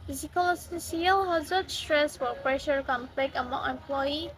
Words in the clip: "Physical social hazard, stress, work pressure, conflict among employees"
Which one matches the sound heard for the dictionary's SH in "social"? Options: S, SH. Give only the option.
S